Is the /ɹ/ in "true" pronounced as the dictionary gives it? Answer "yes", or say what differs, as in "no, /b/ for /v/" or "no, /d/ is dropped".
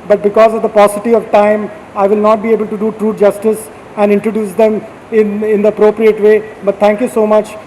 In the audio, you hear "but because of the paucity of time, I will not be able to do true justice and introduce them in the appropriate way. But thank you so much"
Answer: yes